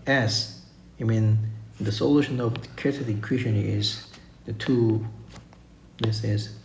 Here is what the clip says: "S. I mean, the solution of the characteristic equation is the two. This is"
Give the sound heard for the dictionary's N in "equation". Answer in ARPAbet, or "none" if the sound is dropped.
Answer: none